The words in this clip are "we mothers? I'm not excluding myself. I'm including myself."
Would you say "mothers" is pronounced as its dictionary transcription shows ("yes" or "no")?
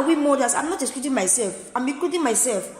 no